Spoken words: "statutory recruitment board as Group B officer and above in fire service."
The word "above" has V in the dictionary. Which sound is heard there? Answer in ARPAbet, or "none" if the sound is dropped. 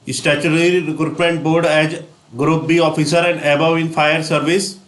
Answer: none